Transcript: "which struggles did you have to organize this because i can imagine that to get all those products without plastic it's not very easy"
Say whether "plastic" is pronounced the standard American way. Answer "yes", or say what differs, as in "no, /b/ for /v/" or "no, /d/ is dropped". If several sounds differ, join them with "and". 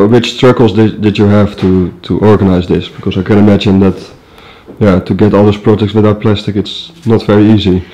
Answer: yes